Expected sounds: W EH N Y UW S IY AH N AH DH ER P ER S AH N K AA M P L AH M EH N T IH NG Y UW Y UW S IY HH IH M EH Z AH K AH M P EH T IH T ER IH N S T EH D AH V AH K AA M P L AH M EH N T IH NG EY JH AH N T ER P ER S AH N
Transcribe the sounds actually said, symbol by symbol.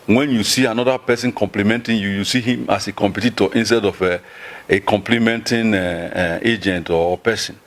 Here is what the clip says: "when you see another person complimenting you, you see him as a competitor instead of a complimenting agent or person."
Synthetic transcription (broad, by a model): W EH N Y UW S IY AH N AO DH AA P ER S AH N K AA M P L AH M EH N T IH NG Y UW Y UW S IY HH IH M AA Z AH K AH M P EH T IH T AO IH N S T EH D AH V AH K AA M P L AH M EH N T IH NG EY JH AH N T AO P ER S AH N